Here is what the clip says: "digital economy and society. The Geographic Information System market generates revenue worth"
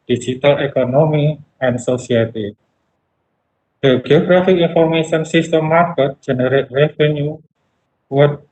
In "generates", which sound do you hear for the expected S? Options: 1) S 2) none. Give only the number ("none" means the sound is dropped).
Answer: 2